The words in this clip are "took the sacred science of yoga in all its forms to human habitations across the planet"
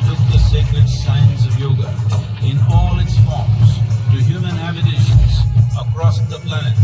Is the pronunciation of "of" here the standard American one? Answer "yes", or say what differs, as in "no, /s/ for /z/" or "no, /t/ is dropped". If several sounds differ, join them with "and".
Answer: yes